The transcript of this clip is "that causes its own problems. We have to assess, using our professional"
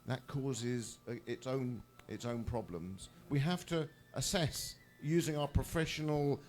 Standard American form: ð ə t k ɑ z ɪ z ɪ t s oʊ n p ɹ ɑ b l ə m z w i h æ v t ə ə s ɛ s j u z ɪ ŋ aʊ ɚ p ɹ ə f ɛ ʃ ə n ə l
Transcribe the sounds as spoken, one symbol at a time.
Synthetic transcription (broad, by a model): ð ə t k ɑ z ɪ z ɪ t s oʊ n p ɹ ɑ b l ə m z w i h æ f t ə ə s ɛ s j u z ɪ ŋ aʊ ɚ p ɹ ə f ɛ ʃ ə n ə l